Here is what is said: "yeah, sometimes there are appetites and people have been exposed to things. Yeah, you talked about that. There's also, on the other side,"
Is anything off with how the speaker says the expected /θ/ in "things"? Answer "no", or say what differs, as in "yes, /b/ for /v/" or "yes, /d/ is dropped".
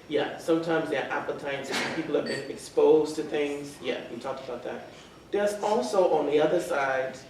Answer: no